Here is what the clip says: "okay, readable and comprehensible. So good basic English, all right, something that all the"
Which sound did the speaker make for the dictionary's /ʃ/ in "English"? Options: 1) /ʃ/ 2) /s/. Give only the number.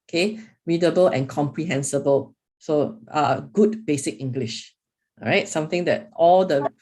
1